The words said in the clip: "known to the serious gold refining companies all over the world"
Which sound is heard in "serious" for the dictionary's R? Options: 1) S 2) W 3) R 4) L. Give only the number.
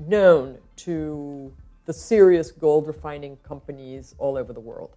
3